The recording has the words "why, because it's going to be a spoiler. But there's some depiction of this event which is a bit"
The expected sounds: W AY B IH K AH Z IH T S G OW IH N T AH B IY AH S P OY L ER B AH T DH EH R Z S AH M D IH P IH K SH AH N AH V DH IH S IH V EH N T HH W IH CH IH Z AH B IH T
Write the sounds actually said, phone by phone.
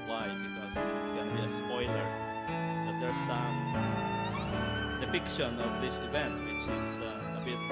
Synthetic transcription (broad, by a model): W AY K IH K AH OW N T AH B IY AH S P OY L ER B AH T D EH R S AH M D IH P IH K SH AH N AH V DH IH S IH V EH N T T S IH S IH AH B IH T